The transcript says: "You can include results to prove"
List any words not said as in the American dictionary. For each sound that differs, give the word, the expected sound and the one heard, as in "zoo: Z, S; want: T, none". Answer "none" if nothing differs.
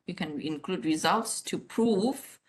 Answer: none